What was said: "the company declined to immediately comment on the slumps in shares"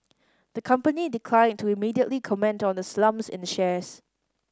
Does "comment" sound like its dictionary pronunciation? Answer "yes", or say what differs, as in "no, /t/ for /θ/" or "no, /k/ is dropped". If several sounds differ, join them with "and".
yes